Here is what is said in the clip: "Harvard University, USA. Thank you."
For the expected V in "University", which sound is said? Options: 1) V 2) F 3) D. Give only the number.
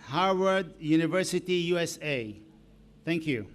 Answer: 1